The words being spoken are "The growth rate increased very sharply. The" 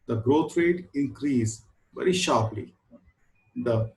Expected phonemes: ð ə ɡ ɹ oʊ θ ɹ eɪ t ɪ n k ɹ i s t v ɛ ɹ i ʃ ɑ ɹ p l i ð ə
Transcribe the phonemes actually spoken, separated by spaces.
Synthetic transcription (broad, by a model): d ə ɡ ɹ oʊ t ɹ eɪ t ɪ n k ɹ i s v ɛ ɹ i ʃ ɑ ɹ p l i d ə